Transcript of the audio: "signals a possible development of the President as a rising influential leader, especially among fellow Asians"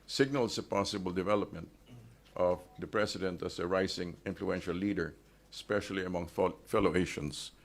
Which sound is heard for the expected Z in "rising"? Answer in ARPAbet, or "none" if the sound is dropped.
S